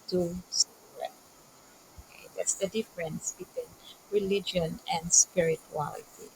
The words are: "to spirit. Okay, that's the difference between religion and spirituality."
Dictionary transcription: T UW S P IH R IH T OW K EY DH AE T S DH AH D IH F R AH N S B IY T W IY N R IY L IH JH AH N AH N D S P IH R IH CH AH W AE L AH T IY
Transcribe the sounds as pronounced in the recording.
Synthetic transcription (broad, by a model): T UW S AO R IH OW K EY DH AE T S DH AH D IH F R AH N S B IY T W IY N R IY L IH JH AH N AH N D S P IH R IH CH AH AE L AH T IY